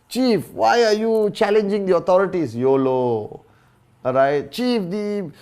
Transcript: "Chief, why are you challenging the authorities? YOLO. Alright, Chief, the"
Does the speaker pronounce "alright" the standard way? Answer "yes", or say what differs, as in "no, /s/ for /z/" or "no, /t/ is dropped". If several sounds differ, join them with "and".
no, /l/ is dropped